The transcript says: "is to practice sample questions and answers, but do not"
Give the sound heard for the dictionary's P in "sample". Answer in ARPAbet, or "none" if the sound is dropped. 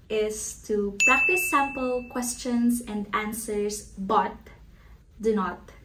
P